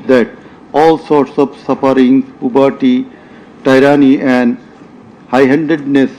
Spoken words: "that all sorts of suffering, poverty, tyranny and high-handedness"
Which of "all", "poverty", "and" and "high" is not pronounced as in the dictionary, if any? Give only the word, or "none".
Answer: poverty